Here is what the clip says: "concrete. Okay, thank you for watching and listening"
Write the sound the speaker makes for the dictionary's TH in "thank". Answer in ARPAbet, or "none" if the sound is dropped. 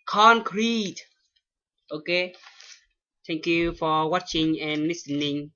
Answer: T